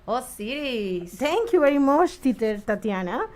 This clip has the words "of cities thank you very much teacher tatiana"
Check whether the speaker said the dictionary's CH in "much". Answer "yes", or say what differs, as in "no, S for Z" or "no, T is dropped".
no, S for CH